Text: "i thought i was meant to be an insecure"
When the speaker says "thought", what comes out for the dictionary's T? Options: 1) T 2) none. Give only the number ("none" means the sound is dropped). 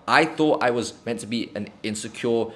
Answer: 1